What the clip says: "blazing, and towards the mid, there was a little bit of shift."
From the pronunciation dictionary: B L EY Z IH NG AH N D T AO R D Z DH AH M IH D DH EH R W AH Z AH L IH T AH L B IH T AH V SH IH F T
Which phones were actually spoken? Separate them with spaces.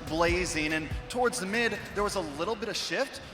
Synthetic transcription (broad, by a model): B L EY Z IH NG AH N T AO R D Z DH AH M IH D DH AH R W AH Z AH L IH T L B IH T AH V SH IH F T